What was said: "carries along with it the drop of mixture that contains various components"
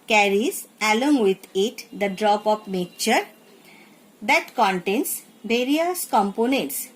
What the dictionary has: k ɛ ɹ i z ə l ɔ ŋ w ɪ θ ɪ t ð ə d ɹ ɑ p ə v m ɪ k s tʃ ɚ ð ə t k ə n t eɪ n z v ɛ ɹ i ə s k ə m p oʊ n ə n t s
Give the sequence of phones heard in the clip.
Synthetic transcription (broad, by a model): k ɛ ɹ i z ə l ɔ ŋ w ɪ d ɪ t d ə d ɹ ɑ p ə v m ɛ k tʃ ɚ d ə t k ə n t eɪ n s v ɛ ɹ i ə s k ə m p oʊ n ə n t s